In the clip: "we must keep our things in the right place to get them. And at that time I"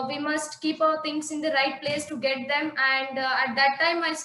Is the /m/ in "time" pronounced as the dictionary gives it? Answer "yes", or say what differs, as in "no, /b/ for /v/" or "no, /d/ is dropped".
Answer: yes